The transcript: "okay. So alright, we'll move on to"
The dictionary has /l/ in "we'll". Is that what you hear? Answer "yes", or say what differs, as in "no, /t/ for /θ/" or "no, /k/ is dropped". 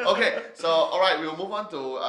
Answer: no, /w/ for /l/